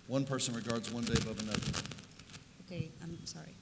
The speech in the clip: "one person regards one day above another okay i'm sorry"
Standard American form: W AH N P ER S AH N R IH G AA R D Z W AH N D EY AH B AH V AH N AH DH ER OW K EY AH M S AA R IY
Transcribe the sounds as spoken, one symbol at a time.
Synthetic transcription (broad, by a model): W AH N P ER S AH N R IH G AA R D Z W AH N D EY AH B AH V AH N AH DH ER OW K EY AH M S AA R IY